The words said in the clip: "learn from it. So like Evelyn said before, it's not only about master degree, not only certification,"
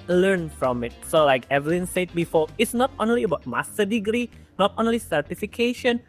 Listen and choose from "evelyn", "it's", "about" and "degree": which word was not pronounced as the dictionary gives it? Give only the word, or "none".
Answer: none